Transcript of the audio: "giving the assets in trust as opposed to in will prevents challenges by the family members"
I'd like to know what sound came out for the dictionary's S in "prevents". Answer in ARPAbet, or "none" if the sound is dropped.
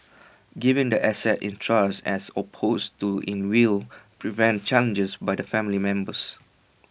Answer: none